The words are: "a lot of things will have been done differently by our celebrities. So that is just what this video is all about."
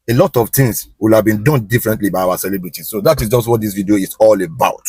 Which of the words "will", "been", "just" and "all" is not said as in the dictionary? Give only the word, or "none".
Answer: none